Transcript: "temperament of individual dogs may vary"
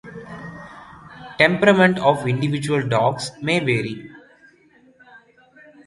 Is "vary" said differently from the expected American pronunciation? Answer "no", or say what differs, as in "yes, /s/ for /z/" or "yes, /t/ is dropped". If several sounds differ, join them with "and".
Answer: no